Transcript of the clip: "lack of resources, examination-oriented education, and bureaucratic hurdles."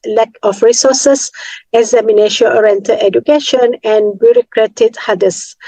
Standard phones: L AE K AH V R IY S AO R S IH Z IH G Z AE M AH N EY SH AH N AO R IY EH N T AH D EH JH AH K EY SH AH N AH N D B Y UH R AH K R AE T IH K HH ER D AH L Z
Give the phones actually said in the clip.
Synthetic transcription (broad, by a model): L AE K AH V R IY S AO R S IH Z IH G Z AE M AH N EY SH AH L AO R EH N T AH EH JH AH K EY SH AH N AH N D B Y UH R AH K R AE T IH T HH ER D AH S